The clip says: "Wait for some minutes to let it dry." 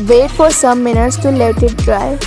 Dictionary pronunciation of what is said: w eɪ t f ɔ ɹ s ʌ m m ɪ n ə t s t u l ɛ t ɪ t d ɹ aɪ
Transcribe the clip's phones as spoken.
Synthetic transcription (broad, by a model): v eɪ t f ɔ ɹ s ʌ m m ɪ n ə t s t u l ɛ t ɪ t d ɹ aɪ